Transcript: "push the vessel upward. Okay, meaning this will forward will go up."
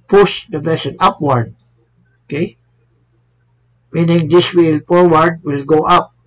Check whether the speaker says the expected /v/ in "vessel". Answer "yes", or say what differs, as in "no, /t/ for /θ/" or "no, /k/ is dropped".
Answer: no, /b/ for /v/